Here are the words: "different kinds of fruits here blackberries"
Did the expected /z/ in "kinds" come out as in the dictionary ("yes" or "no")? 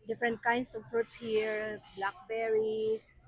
no